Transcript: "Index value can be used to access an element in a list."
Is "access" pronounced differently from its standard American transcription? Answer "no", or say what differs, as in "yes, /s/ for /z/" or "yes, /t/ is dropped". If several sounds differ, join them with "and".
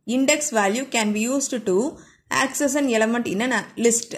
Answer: no